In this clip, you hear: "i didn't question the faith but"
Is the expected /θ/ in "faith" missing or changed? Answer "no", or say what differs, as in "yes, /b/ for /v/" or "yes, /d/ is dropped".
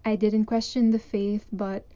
no